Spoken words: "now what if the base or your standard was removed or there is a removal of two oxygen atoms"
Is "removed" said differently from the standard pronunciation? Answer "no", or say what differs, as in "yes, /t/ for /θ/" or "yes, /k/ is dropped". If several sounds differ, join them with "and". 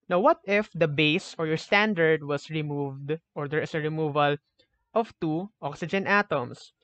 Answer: no